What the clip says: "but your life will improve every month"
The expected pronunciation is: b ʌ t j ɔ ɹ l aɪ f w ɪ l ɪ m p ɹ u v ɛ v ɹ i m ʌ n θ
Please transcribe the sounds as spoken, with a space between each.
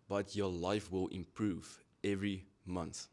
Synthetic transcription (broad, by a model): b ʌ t j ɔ l aɪ f w ɪ l ɪ m p ɹ u v ɛ v ɹ i m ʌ n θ